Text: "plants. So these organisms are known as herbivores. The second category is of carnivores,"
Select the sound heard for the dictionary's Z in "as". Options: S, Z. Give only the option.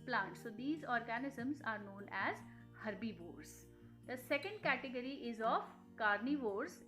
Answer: Z